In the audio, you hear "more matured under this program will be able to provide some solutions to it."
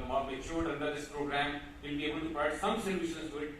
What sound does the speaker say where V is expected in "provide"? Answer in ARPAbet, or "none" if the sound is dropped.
none